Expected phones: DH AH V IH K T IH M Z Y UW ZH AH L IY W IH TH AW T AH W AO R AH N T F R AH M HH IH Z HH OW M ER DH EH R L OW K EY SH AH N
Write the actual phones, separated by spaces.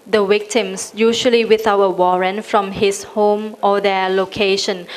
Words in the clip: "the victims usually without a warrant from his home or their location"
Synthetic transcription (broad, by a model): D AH W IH K T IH M S Y UW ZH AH L IY W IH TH AW AH W AO R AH N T F R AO M HH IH S HH OW M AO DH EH L OW K EY SH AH N